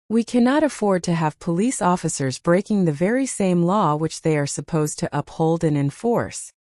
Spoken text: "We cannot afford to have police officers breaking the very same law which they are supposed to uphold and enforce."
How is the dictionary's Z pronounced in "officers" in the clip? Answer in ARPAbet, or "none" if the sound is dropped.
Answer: Z